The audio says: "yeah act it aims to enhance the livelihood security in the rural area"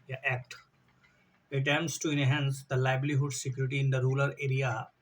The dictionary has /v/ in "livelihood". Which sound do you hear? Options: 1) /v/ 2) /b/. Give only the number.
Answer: 2